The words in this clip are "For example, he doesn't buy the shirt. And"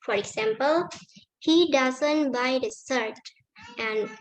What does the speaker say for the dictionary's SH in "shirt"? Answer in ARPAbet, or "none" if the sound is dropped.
S